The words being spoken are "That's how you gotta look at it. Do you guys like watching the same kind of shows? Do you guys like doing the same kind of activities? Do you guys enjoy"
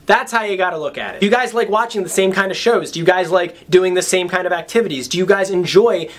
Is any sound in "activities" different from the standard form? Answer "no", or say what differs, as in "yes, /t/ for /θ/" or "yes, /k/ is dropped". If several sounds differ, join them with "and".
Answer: no